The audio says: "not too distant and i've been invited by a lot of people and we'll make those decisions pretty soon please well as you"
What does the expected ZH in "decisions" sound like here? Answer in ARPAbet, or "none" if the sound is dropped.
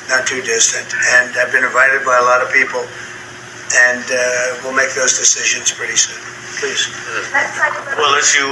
ZH